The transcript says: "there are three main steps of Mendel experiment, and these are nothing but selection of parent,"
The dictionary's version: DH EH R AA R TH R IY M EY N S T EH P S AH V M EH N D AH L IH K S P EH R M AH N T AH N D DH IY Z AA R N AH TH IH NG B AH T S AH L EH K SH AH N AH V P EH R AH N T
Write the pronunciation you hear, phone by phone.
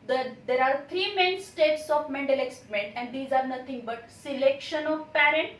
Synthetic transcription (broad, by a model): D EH R AA R T R IY M EY N S T EH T S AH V M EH N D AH L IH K S IH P M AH N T AH N D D IY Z AA R N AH T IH NG B AH T S AH L EH K SH AH N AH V P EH R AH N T